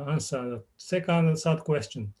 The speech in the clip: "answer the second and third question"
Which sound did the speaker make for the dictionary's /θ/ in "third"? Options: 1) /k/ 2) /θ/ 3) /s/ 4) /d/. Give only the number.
3